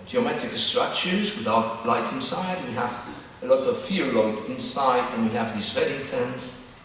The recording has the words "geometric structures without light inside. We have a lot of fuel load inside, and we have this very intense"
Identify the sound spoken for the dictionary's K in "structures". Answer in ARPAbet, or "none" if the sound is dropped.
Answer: none